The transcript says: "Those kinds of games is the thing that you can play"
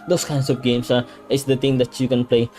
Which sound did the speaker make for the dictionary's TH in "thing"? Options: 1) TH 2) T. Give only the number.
2